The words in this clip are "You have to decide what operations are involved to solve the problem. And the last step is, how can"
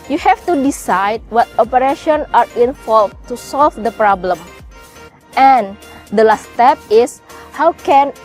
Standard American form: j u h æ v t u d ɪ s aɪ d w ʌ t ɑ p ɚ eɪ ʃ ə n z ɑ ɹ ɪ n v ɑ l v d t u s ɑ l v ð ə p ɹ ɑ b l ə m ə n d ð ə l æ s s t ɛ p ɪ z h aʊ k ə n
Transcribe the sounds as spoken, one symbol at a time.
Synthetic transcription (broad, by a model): j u h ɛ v t u d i s aɪ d w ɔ t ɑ p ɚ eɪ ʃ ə n ɑ ɹ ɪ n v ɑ l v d t u s ɑ l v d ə p ɹ ɑ b l ə m ə n d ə l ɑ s s t ɛ p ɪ s h aʊ k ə n